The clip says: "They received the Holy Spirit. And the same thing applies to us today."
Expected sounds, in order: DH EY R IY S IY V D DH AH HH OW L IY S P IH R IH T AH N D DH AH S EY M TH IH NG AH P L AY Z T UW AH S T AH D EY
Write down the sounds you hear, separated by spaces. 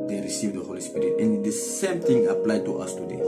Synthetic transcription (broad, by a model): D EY R IY S IY V D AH HH OW L IY S P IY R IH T AH N D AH S EY M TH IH NG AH P L AY T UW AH S T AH D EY